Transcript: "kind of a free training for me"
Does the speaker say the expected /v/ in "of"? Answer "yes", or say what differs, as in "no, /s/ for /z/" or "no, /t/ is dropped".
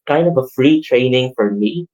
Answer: yes